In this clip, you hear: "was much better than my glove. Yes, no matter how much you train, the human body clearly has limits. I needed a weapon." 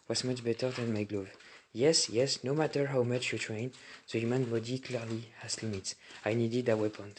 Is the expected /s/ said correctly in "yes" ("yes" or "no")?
yes